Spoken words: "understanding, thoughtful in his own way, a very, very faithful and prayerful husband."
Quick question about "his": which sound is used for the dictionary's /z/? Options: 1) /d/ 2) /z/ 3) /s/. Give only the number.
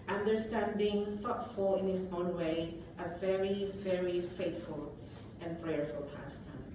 3